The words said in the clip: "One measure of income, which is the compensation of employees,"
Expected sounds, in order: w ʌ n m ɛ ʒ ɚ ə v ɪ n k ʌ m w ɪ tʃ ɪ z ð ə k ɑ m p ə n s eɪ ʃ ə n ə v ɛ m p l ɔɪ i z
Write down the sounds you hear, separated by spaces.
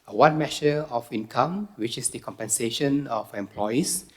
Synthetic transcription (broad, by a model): w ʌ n m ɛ ʃ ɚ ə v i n k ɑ m w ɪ tʃ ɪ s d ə k ɑ m p ə n s eɪ ʃ ə n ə f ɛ m p l ɔɪ i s